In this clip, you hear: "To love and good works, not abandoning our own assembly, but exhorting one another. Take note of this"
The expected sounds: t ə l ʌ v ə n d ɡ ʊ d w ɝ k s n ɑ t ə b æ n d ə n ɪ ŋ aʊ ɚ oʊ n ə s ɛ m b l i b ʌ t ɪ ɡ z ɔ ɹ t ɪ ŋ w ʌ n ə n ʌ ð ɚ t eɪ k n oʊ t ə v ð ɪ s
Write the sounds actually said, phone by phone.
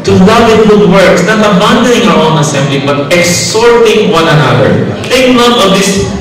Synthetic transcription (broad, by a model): t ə l ʌ v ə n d ɡ ʊ d w ɝ k s n ɑ t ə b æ n d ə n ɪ ŋ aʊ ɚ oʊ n ə s ɛ m b l i b ʌ t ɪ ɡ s ɔ ɹ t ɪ ŋ w ʌ n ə n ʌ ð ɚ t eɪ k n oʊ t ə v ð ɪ s